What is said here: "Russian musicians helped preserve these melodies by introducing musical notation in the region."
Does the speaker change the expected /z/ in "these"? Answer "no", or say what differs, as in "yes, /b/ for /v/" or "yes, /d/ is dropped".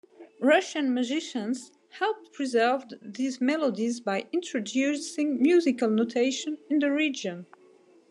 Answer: no